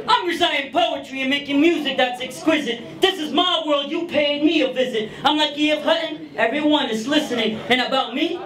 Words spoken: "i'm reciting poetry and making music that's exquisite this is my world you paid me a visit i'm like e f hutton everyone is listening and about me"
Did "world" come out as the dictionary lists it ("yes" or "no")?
yes